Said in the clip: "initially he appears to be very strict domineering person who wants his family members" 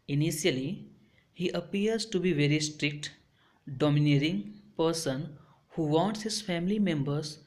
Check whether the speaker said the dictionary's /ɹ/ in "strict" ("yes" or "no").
yes